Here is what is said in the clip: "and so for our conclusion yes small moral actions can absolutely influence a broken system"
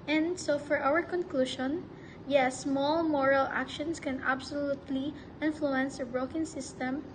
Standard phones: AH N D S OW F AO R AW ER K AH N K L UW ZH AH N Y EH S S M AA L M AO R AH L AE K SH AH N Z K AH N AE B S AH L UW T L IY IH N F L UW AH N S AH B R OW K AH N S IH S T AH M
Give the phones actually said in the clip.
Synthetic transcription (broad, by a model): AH N D S OW F AO R AW ER K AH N K L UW SH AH N Y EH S S M AA L M AO R AH L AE K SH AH N S K AH N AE B S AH L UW T L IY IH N F L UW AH N S AH B R OW K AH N S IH S T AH M